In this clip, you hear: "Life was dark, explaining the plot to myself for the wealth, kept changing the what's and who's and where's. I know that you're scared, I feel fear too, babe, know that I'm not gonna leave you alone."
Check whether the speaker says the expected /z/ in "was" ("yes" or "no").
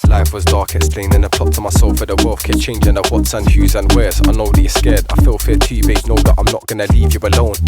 yes